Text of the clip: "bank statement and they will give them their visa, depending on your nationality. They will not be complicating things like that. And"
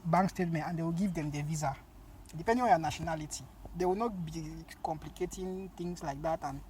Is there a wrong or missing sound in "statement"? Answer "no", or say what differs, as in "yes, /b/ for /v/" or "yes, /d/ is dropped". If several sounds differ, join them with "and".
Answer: no